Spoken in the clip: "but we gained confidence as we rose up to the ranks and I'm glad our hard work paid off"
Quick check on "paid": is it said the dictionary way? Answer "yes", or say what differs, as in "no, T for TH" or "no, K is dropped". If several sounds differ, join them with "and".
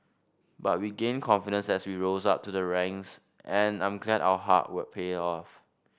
no, D is dropped